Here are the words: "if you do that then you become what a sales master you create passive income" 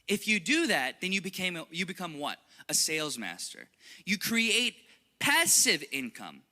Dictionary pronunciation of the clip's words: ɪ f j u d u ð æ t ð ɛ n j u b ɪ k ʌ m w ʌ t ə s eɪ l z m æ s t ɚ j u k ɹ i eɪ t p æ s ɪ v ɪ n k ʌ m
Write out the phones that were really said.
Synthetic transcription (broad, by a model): ɪ f j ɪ d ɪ ð æ t ð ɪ n j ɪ b ɪ k ʌ m w ʌ t ə s eɪ l z m æ s t ɚ j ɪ k ɹ i eɪ t p æ s ɪ v ɪ n k ʌ m